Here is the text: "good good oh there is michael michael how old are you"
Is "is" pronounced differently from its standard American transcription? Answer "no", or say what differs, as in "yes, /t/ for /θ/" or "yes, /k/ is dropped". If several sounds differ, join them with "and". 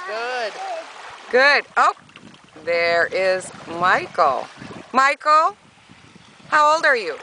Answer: no